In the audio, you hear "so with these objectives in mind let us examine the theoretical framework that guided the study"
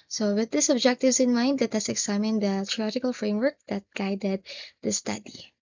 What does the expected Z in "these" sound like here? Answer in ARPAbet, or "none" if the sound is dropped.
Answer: S